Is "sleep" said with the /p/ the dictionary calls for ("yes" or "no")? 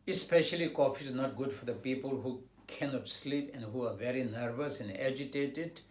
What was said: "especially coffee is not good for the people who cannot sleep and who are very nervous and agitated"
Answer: yes